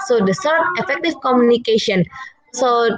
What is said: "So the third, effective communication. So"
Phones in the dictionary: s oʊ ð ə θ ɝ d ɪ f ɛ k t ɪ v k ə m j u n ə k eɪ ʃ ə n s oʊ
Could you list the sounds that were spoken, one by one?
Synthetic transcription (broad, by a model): s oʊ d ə s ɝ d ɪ f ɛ k t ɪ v k ə m j u n ə k eɪ ʃ ə n s oʊ